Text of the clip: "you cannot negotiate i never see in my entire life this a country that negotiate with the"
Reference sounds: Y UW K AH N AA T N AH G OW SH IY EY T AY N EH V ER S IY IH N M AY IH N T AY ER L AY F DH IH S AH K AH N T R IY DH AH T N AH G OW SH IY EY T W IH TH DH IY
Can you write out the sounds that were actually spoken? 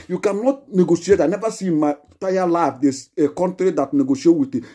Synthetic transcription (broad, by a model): Y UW K AH N AA T N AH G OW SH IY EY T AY N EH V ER S IY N M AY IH T AY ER L AY F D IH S AH K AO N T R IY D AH T N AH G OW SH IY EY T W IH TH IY